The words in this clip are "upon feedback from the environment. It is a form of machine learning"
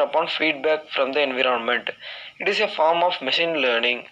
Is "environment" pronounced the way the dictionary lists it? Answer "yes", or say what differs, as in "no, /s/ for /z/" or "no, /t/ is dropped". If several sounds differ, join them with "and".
yes